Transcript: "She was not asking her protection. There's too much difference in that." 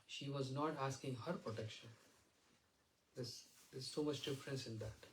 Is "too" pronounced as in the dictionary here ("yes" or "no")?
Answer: no